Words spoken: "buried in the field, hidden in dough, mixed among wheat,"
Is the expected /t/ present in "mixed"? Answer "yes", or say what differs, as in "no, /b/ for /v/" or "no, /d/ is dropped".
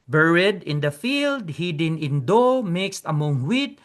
yes